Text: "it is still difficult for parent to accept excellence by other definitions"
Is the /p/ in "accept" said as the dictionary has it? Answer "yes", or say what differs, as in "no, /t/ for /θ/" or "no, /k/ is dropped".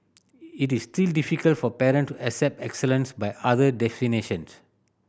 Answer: yes